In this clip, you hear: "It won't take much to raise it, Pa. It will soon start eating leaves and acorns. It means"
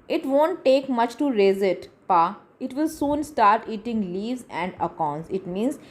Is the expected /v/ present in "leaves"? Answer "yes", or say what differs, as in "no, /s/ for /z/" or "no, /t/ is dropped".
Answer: yes